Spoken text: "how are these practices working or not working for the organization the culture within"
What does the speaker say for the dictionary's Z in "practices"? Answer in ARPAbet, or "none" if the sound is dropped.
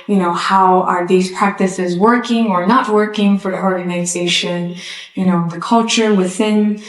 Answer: Z